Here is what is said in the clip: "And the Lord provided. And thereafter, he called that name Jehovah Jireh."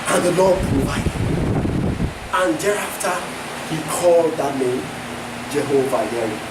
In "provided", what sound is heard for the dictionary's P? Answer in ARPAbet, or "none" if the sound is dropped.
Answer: B